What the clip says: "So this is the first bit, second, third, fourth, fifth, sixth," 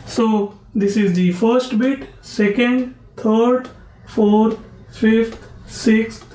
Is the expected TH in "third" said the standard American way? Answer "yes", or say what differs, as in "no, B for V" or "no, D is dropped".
no, T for TH